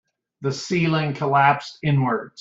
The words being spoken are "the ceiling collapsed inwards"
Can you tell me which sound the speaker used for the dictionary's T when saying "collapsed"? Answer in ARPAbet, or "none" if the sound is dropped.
none